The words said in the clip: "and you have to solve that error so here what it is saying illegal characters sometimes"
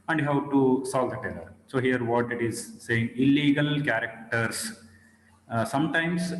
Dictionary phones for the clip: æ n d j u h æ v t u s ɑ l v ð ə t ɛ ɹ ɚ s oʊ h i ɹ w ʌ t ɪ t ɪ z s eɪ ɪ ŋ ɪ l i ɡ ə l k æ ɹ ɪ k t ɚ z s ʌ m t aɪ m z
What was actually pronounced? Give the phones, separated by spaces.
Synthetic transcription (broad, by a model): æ n d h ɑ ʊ t u s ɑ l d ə t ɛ l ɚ s oʊ h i ɹ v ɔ t ɪ t ɪ z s eɪ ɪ ŋ ɪ l i ɡ ə l k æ ɹ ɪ k t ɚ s s ʌ m t aɪ m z